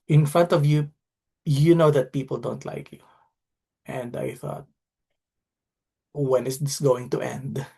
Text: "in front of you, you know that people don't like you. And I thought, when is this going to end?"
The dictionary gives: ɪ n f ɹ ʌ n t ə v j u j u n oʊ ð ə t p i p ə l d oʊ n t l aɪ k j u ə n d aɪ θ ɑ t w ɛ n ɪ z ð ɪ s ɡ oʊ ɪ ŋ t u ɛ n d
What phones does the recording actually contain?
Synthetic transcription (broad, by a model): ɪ n f ɹ ʌ n t ə v j u j u n oʊ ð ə t p i p ə l d oʊ n t l aɪ k j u ə n d aɪ θ ɑ t w ɛ n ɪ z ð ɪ s ɡ oʊ ɪ ŋ t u ɛ n d